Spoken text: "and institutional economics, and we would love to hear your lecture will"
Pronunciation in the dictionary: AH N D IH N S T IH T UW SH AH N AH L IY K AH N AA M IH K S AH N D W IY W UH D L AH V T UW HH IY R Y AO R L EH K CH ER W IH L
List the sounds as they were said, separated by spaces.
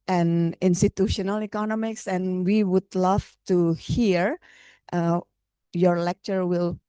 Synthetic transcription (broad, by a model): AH N IH N S T IH T UW SH AH N AH L IY K AH N AA M IH K S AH N W IY W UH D L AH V T UW HH IY R Y AO R L EH K CH ER W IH L